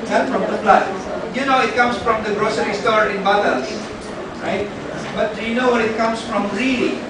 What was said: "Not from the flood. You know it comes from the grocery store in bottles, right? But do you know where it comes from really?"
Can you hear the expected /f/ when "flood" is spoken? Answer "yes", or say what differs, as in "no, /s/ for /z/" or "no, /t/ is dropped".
no, /p/ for /f/